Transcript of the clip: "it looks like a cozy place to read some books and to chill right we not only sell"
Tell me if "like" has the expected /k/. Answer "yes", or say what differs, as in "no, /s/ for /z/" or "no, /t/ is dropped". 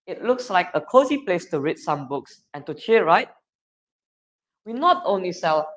yes